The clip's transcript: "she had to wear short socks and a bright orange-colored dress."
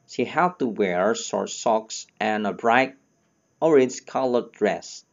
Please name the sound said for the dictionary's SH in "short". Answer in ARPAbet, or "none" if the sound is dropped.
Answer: S